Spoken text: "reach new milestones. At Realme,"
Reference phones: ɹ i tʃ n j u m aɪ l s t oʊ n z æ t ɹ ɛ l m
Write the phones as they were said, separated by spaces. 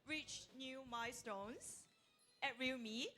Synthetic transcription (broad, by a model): ɹ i tʃ n j u m aɪ s t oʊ n s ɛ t ɹ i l m